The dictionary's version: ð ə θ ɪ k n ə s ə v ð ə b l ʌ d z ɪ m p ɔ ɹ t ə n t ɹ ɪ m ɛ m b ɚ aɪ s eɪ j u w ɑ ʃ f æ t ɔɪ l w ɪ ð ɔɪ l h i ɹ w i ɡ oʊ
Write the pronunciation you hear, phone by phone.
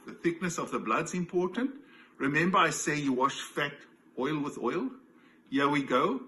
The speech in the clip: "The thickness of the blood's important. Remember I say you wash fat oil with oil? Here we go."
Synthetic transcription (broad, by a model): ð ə θ ɪ k n ə s ə v ð ə b l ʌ d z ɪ m p ɔ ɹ t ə n t ɹ ɪ m ɛ m b ɚ aɪ s eɪ j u w ɑ ʃ f æ t ɔɪ l w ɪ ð ɔɪ l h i w i ɡ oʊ